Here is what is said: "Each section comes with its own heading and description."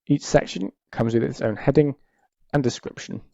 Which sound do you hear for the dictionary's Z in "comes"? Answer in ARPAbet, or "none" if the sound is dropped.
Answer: Z